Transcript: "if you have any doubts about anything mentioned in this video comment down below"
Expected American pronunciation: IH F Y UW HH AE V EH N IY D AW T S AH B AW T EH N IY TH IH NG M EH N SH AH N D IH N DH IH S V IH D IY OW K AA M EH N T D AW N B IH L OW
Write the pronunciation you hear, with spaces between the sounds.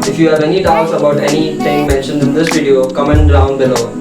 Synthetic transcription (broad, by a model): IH F Y UW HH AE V EH N IY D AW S AH B AW T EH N IY T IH NG M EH N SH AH N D IH N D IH S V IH D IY OW K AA M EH N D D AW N B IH L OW